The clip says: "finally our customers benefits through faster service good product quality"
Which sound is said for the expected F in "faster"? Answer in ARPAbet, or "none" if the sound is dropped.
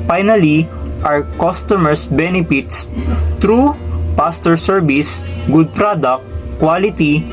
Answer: P